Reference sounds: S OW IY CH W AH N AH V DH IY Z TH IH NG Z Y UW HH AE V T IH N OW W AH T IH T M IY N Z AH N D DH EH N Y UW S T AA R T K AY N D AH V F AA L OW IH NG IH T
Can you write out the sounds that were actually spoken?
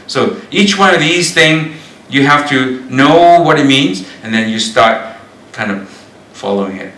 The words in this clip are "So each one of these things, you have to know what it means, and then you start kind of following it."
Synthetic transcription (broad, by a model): S OW IY CH W AH N AH V DH IY Z TH IH NG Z Y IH HH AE F T IH N OW W AH T IH T M IY N Z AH N DH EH N Y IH S T AA R T K AY N D AH V F AA L OW IH NG IH T